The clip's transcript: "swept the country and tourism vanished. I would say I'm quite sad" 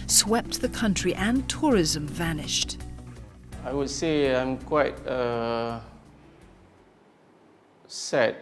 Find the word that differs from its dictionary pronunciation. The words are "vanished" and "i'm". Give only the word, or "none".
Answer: none